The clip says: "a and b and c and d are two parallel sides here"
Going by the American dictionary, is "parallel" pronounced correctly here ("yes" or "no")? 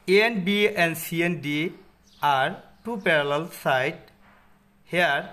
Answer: yes